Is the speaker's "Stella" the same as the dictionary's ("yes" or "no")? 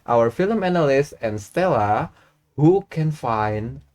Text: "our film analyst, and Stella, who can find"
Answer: yes